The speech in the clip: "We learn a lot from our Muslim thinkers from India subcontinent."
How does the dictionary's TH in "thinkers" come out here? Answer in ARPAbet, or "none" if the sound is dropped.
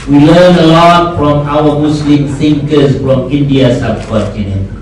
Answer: S